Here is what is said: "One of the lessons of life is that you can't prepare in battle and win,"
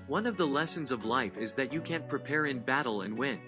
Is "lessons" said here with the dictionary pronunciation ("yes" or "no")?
yes